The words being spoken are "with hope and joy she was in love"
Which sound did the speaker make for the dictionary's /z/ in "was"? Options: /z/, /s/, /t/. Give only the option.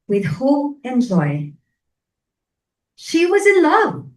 /z/